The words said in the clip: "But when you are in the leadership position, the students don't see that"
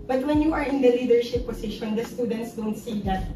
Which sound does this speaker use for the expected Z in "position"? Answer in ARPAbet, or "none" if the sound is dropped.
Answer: S